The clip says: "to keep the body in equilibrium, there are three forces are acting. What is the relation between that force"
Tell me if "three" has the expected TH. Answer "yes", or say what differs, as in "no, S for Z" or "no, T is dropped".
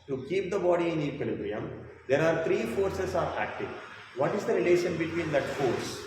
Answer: no, T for TH